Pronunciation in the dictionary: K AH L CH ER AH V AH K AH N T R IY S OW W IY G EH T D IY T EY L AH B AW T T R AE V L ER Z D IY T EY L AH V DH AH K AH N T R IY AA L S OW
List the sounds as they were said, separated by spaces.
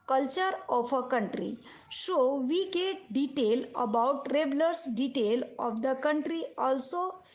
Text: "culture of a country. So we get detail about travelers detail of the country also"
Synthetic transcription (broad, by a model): K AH L CH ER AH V AH K AH N T R IY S OW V IY G EH T D IY T EY L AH B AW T T R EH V L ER S D IY T EY L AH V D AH K AH N T R IY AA L S OW